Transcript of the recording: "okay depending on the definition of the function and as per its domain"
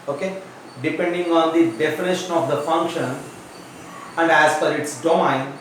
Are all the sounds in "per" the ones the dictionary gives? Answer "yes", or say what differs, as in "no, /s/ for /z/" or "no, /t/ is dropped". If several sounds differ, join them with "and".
no, /f/ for /p/